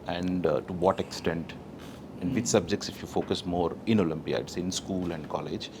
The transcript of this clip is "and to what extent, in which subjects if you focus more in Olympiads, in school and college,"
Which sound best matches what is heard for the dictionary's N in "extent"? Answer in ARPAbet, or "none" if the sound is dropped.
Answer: N